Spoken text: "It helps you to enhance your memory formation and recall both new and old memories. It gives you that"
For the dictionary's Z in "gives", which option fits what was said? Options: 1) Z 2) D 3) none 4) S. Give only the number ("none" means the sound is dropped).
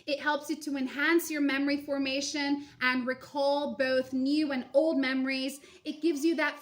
1